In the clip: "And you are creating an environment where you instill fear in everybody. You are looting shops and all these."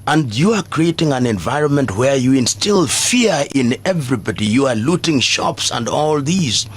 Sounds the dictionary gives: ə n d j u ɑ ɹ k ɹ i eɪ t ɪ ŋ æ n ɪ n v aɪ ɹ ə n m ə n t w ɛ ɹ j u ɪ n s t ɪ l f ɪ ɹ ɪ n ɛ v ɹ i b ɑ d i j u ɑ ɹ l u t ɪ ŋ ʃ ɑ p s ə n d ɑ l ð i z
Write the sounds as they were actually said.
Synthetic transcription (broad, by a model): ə n d j u ɑ ɹ k ɹ i eɪ t ɪ ŋ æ n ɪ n v aɪ ɹ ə n m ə n t w ɛ ɹ j u ɪ n s t ɪ l f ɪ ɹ ɪ n ɛ v ɹ i b ɑ d i j u ɑ ɹ l u t ɪ ŋ ʃ ɑ p s ə n d ɑ l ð i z